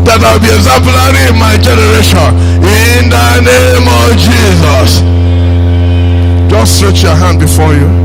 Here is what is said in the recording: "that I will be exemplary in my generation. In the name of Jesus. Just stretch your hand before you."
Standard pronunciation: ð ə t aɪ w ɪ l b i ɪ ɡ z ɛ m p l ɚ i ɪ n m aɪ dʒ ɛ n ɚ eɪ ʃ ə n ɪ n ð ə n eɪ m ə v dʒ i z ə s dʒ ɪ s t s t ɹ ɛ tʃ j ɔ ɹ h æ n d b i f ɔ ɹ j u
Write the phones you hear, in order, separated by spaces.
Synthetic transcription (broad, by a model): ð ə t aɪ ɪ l b i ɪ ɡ z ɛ m p l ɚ i ɪ n m aɪ dʒ ɛ n ɚ eɪ ʃ ə n ɪ n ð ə n eɪ m ə v dʒ i z ə s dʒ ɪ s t s t ɹ ɛ tʃ j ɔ h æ n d b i f ɔ j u